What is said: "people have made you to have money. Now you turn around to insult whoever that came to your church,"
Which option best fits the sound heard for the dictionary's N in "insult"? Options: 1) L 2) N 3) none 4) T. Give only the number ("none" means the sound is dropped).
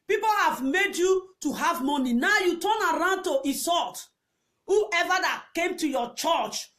3